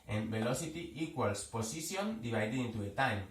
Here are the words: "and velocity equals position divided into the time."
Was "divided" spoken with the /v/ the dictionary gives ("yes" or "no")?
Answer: no